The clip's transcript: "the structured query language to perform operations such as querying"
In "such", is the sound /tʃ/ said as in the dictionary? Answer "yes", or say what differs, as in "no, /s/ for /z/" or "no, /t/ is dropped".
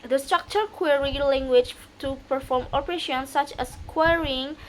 yes